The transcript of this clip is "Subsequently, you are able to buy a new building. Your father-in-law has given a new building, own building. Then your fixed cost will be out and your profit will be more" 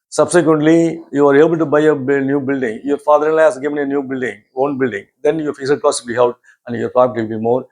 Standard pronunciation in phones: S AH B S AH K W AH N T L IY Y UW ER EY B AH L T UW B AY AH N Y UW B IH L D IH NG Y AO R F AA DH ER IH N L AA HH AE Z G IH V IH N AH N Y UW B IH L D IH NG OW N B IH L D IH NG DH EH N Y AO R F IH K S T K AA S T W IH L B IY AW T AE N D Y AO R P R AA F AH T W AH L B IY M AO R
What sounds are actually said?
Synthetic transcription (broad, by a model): S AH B S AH K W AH N T L IY Y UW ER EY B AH L T UW B AY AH N Y UW B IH L D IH NG Y AO R F AA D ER IH N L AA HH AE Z G IH V IH N AH N Y UW B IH L D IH NG OW N B IH L D IH NG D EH N Y AO R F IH S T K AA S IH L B IY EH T AE N D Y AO R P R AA P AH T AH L B IY M AO R